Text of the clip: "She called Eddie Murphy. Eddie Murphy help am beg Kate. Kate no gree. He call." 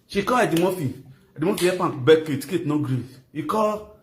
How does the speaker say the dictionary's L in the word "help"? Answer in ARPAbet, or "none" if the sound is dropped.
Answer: none